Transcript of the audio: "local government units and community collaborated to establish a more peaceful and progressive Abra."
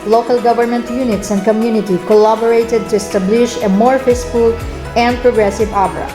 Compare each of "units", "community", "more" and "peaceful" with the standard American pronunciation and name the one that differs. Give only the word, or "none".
peaceful